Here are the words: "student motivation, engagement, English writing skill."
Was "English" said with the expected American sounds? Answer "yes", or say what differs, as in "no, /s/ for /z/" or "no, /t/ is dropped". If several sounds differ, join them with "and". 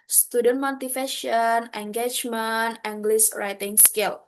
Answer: no, /s/ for /ʃ/